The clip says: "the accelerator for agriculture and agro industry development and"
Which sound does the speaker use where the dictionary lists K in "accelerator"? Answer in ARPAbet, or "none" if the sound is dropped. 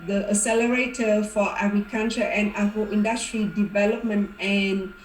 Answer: none